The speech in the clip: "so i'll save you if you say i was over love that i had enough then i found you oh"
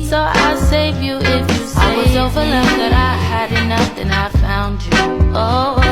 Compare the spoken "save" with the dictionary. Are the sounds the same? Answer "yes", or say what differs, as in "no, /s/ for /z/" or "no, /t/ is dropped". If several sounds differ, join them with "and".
yes